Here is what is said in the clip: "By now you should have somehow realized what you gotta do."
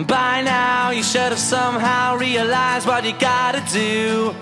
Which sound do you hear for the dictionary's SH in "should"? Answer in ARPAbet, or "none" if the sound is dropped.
SH